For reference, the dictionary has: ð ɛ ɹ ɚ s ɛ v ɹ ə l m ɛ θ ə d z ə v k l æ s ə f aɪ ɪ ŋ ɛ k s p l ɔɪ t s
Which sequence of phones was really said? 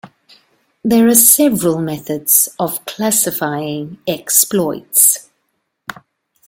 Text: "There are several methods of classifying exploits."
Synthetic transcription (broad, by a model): ð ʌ ɹ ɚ s ɛ v ɹ ə l m ɛ θ ə d z ə v k l æ s ə f aɪ ɪ ŋ ɛ k s p l ɔɪ t s